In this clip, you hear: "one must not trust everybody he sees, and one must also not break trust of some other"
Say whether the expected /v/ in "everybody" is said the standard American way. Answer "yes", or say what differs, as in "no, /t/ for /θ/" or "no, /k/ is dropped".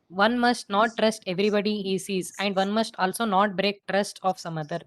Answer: yes